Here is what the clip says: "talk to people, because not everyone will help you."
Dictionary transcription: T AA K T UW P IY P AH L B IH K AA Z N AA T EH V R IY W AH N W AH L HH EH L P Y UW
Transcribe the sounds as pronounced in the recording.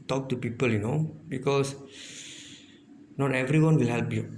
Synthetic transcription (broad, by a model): T AA K T UW P IY P AH L B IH K AA S N AA T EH V R IY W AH N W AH L HH EH L P Y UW